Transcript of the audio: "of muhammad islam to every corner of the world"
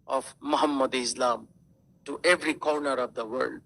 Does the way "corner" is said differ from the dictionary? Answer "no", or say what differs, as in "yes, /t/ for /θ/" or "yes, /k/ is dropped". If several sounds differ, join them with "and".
no